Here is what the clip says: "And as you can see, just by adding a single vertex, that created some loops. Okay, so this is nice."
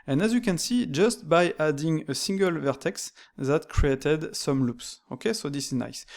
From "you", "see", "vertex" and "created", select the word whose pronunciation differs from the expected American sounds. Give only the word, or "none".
none